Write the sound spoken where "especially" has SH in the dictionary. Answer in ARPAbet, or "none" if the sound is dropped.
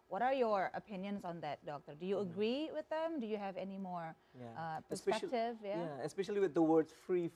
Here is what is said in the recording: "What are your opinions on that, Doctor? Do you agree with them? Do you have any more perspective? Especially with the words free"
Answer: SH